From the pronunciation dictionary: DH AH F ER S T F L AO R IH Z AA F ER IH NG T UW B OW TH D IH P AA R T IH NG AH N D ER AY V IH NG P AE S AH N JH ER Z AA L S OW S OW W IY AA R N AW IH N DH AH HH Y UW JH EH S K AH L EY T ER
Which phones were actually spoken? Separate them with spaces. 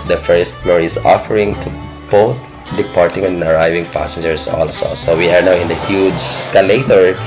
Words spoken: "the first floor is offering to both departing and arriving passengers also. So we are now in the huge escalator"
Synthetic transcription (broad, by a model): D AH F ER S T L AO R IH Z AA F ER IH NG T UW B OW T D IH P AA R T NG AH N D AY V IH NG P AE S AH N JH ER S AA L S OW S OW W IY AA R N AW IH N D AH HH Y UW JH S K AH L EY T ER